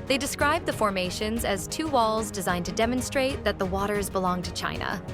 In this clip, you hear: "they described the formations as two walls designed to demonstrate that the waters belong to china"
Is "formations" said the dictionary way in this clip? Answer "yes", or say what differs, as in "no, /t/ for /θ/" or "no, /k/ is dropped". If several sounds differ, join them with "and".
yes